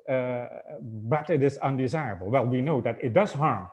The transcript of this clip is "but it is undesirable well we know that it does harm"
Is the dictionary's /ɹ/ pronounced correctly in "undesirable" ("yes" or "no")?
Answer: yes